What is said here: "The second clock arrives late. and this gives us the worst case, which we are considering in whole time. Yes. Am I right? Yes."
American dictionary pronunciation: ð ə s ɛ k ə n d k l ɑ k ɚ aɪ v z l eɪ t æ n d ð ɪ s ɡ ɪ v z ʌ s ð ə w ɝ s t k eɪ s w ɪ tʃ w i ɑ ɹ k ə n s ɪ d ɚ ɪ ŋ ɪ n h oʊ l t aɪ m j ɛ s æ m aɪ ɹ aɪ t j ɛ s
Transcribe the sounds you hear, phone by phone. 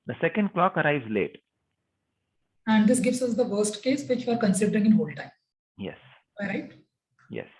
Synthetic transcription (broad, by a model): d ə s ɛ k ə n d k l ɑ k ɚ aɪ v z l eɪ t æ n d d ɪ s ɡ ɪ v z ʌ s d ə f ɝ s t k eɪ s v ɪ tʃ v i ɑ ɹ k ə n s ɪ d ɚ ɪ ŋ ɪ n h oʊ l t aɪ m j ɛ s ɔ ɹ aɪ t j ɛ s